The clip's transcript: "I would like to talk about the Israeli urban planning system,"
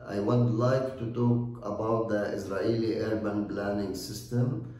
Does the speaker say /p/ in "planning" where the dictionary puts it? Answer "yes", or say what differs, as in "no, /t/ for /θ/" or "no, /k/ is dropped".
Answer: no, /b/ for /p/